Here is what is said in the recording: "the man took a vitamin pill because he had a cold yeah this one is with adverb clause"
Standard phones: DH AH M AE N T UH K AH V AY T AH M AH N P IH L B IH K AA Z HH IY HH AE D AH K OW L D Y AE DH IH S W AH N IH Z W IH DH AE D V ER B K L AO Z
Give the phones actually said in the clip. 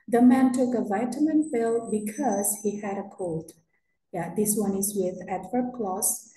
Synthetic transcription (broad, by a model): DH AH M AE N T UH K AH V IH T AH M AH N F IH L B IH K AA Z HH IY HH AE D AH K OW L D Y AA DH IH S W AH N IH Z W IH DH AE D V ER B K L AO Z